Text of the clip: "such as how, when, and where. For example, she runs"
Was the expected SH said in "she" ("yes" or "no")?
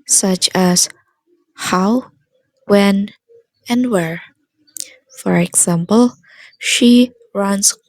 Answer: yes